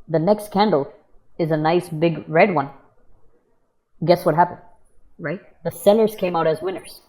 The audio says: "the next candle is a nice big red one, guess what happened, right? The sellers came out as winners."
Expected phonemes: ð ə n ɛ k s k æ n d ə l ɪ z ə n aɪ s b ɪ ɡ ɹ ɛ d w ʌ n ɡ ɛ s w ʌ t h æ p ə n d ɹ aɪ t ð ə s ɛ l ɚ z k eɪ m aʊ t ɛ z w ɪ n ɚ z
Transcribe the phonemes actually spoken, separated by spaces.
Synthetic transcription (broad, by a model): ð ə n ɛ k s k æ n d l ɪ z ə n aɪ s b ɪ ɡ ɹ ɛ d w ʌ n ɡ ɛ s w ʌ t h æ p ə n d ɹ aɪ t ð ə s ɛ n ɚ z k eɪ m aʊ t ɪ z w ɪ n ɚ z